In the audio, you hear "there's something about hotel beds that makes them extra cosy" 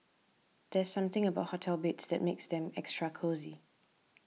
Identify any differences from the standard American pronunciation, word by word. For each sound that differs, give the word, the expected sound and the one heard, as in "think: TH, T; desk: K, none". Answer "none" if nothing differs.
none